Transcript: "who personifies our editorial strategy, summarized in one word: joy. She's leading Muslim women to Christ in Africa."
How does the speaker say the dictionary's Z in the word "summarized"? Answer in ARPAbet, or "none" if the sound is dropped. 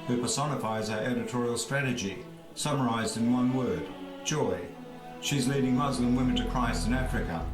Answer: Z